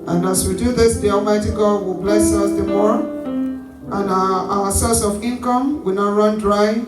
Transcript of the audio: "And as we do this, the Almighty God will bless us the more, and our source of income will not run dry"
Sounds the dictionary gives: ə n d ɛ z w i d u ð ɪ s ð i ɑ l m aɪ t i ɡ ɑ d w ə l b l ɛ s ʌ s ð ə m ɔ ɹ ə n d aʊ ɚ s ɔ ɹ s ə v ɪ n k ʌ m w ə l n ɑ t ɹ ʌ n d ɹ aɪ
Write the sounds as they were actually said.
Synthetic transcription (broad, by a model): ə n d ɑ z w i d u ð ɪ s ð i ɑ l m aɪ t i ɡ ɑ d w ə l b l ɛ s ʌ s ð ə m ɔ ɹ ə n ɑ aʊ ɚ s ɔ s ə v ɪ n k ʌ m w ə n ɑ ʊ ɹ ʌ n d ɹ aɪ